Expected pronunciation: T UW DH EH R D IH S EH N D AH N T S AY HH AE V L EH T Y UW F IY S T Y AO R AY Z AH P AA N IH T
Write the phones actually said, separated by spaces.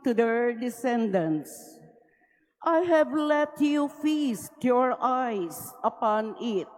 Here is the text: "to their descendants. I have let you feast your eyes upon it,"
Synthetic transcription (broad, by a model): T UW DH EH R D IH S EH N D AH N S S AY HH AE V L EH T Y UW F IY S T Y AO R AY S AH P AA N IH T